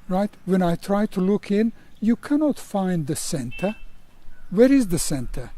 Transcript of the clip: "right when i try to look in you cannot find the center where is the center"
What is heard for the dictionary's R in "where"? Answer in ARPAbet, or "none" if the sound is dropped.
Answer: R